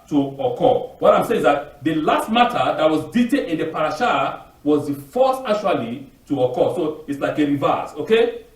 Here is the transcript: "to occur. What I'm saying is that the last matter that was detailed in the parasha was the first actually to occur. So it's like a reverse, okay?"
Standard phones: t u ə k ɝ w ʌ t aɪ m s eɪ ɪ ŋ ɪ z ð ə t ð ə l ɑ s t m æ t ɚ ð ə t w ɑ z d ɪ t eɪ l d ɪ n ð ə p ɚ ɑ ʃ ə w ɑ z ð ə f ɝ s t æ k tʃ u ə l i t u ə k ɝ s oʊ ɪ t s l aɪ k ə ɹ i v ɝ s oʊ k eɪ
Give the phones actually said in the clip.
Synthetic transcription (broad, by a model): t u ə k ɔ w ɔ t aɪ m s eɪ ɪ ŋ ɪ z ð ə t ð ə l ɑ s t m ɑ t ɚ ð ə t w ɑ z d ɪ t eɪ d ɪ n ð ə p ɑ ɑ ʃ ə w ɑ z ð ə f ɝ s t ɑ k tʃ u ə l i t u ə k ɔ s oʊ ɪ t s l aɪ k ə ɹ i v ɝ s oʊ k eɪ